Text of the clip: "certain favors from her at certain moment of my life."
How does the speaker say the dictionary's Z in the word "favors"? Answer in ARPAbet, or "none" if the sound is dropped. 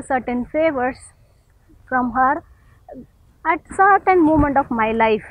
S